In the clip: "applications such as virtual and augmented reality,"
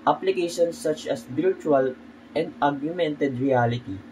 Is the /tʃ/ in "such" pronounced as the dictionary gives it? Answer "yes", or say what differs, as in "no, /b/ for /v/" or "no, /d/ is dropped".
yes